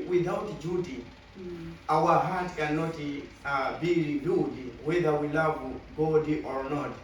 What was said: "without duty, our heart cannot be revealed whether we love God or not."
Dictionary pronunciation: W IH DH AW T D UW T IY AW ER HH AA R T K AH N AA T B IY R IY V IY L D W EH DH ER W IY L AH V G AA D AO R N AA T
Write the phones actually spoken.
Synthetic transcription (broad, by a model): W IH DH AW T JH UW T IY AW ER HH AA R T K AH N AA T B IY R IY B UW D W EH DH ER W IY L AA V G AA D AO R N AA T